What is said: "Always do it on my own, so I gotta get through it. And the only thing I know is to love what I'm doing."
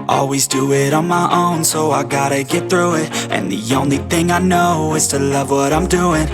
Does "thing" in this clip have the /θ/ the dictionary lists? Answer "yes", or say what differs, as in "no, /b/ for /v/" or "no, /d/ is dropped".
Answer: yes